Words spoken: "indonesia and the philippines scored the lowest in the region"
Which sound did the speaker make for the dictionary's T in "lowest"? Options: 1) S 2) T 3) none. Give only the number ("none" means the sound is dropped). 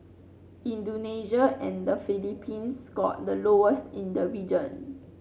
2